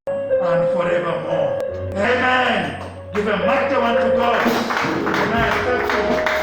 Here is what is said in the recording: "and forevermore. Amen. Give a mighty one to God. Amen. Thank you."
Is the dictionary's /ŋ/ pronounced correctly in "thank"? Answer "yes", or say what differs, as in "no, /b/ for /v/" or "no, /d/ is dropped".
no, /ŋ/ is dropped